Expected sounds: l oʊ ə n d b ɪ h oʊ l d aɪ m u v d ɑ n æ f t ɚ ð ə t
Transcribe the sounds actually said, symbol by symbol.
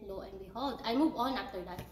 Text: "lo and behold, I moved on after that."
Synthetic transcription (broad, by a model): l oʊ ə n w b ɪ h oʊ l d aɪ m u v ɑ n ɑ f t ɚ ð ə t